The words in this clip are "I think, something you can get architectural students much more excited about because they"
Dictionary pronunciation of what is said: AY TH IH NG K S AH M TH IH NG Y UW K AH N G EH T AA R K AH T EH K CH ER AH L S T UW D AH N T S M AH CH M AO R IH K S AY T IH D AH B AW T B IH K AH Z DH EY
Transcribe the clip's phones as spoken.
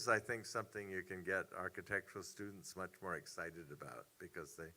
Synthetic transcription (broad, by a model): AY TH IH NG K S AH M TH IH NG Y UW K AH N G EH T AA R K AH T EH K CH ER L S T UW D N T S M AH CH M AO R IH K S AY T IH D AH B AW T B IH K AH Z DH EY